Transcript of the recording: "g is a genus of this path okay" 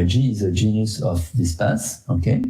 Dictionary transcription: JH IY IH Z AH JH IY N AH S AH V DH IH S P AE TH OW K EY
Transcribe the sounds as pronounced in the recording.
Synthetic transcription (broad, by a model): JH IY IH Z AH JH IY N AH S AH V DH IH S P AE S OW K EY